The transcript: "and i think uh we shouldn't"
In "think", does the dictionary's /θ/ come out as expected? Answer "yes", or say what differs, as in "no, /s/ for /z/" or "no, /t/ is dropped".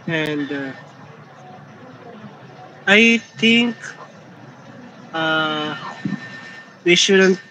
no, /t/ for /θ/